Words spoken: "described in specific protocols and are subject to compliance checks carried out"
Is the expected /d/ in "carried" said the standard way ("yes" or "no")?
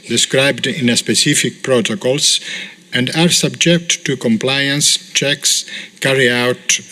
no